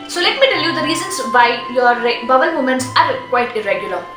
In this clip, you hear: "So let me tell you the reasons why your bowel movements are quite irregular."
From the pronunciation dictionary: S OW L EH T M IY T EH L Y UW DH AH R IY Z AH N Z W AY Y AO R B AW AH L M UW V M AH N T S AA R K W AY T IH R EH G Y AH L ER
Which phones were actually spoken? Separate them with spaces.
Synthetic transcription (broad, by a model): S OW L EH T M IY T EH L Y UW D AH R IY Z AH N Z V AY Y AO R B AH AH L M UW M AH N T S AA R K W AY T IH R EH G Y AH L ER